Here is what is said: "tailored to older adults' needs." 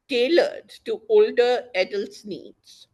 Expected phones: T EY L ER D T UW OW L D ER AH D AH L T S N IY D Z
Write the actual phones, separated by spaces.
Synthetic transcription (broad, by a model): T EY L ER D T UW OW L D ER AH D AH L T S N IY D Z